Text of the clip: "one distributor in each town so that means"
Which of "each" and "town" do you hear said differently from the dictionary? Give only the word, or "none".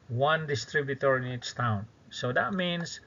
each